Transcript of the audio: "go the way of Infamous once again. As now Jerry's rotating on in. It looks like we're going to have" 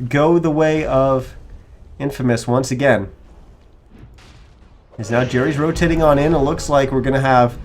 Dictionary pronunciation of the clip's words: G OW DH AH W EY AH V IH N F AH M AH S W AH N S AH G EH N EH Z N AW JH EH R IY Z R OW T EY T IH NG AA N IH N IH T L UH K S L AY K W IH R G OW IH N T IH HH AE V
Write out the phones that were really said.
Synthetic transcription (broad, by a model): G OW DH AH W EY AH V IH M F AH M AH S W AH N S AH G EH N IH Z N AW JH EH R IY Z R OW T EY T IH NG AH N IH N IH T L UH K S L AY K W IH R G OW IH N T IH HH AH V